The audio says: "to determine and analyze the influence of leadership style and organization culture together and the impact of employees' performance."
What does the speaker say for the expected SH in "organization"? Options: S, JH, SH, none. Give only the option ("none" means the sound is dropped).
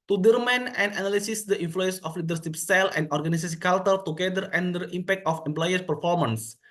S